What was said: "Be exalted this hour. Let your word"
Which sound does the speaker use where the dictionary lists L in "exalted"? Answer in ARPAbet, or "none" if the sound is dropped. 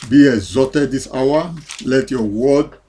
none